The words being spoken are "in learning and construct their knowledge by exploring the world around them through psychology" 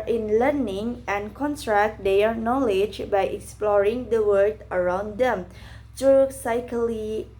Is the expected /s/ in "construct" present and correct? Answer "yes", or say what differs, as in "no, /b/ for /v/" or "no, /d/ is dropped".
no, /s/ is dropped